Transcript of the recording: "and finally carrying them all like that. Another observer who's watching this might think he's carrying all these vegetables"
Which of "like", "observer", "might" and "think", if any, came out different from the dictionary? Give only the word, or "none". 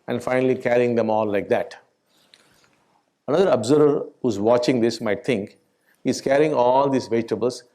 think